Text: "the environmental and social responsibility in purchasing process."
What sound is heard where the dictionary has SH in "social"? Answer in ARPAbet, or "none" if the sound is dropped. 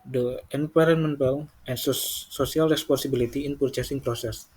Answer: S